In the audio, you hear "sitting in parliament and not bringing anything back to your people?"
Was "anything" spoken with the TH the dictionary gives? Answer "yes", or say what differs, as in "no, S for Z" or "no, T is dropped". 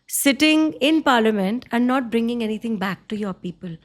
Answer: no, T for TH